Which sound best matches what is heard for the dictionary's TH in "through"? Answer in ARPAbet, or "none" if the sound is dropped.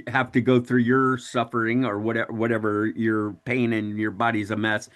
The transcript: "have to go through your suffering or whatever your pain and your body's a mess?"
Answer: TH